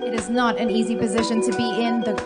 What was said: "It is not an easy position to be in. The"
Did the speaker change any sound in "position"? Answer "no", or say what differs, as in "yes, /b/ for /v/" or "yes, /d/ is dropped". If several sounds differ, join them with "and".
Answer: no